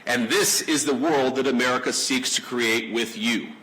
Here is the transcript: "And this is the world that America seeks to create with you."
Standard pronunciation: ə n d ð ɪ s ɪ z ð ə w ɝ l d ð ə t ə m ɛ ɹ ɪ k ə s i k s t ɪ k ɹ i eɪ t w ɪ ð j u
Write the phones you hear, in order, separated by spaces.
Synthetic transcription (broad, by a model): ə n ð ɪ s ɪ z ð ə w ɝ l d ð ə t ə m ɛ ɹ ɪ k ə s i k s t ɪ k ɹ i eɪ t w ɪ ð j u